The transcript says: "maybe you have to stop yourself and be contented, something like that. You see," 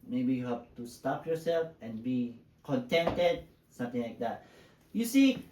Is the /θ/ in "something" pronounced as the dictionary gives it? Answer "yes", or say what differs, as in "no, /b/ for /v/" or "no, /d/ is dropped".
no, /t/ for /θ/